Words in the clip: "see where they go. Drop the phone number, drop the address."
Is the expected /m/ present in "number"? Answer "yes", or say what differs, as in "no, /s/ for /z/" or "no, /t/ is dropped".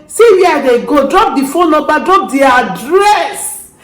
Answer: no, /m/ is dropped